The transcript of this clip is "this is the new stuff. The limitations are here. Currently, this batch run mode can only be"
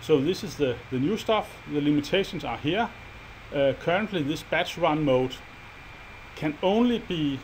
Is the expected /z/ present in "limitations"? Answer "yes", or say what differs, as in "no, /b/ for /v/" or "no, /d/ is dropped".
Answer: no, /s/ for /z/